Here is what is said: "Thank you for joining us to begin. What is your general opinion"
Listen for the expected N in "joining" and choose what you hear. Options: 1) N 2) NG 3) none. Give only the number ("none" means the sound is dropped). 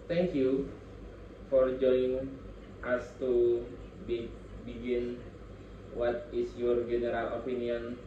3